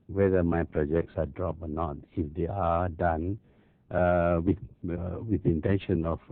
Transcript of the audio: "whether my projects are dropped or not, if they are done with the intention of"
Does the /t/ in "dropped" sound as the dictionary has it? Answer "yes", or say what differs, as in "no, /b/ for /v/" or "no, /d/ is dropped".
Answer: no, /t/ is dropped